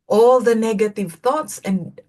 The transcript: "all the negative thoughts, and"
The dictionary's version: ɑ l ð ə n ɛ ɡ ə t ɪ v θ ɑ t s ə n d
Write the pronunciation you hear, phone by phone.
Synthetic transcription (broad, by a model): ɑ l ð ə n ɛ ɡ ə t ɪ v θ ɑ t s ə n